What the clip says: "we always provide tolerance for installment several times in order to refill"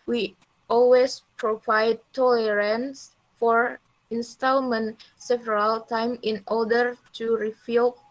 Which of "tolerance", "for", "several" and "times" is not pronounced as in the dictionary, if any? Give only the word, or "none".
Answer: times